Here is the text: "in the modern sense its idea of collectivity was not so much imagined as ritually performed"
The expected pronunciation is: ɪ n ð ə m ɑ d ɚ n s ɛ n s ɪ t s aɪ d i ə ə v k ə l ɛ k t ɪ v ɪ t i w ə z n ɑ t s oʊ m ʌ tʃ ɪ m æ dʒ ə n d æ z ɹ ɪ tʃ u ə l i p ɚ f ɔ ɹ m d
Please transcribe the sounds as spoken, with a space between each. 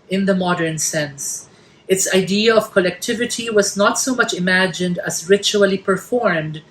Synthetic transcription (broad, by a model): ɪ n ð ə m ɑ d ɚ n s ɛ n s ɪ t s aɪ d i ə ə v k ə l ɛ k t ɪ v ɪ t i w ə z n ɑ t s oʊ m ʌ tʃ ɪ m æ dʒ ə n d æ z ɹ ɪ tʃ u ə l i p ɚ f ɔ ɹ m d